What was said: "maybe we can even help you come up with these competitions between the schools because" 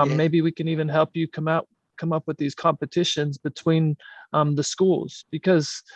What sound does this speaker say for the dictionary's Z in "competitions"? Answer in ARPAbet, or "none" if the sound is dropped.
Z